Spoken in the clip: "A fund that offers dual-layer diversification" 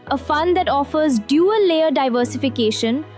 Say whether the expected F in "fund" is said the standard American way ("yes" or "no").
yes